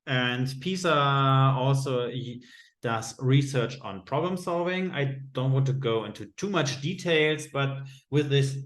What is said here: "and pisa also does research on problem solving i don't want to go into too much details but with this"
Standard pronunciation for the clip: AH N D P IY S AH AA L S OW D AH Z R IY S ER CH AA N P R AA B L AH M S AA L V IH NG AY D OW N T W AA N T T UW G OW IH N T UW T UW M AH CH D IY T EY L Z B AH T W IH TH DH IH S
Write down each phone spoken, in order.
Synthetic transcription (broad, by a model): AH N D P IY S AH AA L S OW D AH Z R IY S ER CH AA N P R AA B L AH M S AA L V IH NG AY D OW N T W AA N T T UW G OW IH N T UW T UW M AH CH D IY T EY L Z B AH T W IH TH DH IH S